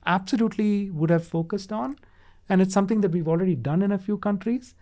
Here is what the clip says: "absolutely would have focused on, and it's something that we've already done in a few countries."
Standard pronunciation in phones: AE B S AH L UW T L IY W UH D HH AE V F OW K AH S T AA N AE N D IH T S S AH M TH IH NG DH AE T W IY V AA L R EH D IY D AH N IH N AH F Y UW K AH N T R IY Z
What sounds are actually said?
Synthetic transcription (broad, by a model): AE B S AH L UW T L IY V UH D HH AE V F OW K AH S T AA N AE N D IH T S S AH M T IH NG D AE T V IY V AA L R EH D IY D AH N IH N AH F Y UW K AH N T R IY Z